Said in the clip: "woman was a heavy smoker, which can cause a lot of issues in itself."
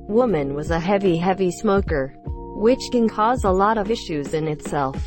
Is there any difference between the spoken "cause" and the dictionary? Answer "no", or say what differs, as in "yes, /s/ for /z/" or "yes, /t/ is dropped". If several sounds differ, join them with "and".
no